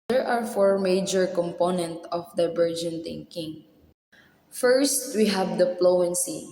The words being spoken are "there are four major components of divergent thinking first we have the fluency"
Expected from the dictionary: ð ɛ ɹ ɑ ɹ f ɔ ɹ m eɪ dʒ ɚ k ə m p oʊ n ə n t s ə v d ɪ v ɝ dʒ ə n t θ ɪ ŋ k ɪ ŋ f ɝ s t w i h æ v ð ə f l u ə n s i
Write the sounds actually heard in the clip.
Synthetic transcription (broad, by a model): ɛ ɹ ɑ ɹ f ɔ ɹ m eɪ dʒ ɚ k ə m p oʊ n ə n t ə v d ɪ b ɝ dʒ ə n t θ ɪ ŋ k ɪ ŋ f ɝ s t w i h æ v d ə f l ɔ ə n s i